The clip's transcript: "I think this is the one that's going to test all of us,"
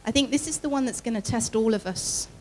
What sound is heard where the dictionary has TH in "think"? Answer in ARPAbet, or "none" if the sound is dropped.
TH